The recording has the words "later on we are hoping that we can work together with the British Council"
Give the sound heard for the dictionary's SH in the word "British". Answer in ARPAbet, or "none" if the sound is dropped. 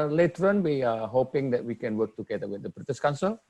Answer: S